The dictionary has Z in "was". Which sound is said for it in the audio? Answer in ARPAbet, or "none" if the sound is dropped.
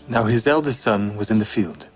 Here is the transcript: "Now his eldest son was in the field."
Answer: Z